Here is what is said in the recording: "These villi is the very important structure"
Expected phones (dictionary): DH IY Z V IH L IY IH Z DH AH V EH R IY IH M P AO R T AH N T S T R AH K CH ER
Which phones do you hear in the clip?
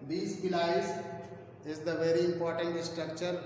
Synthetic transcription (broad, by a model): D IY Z P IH L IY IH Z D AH V EH R IY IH M P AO R T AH N T S T R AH K CH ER